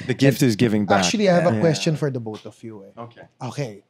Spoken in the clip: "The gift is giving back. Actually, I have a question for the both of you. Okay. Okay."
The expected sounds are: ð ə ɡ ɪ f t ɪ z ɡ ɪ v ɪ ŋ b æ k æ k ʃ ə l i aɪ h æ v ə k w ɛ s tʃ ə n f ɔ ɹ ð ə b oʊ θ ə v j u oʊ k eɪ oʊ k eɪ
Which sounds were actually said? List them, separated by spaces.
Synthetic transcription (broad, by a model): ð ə ɡ ɪ f t ɪ z ɡ ɪ v ɪ ŋ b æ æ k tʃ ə l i aɪ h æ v ə k w ɛ s tʃ ə n f ɔ ɹ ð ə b oʊ t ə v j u oʊ k eɪ oʊ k eɪ